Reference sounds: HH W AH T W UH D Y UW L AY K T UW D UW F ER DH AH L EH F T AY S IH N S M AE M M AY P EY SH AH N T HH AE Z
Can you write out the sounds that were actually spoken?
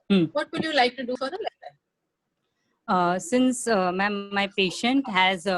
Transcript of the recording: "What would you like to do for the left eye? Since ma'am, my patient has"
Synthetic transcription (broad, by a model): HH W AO T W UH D Y UW L AY K T UW D UW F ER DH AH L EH T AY S IH N S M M M AY P EY SH AH N T HH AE Z